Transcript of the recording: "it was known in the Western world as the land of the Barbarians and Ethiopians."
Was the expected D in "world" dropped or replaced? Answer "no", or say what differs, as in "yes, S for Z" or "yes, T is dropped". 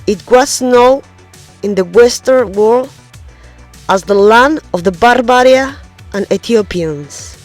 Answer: yes, D is dropped